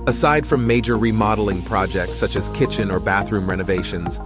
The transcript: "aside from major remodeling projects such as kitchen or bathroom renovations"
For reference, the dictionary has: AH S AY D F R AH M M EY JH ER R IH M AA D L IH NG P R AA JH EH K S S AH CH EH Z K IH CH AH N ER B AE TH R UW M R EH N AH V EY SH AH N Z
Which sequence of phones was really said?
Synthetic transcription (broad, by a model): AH S AY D F R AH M M EY JH ER R IH M AA D L IH NG P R AA JH EH K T S AH CH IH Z K IH CH AH N ER B AE TH R UW M R EH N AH V EY SH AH N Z